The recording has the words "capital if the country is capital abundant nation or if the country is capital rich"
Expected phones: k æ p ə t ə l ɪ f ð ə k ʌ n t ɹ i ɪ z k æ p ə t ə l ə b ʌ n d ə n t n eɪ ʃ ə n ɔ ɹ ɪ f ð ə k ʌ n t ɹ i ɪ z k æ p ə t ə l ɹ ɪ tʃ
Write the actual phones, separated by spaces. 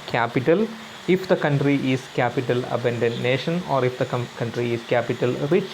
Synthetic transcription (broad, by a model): k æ p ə t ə l ɪ f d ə k ʌ n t ɹ i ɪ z k æ p ə t ə l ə b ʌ n d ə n n eɪ ʃ ə n ɔ ɹ ɪ f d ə k ʌ n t ɹ i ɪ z k æ p ə t ə l ɹ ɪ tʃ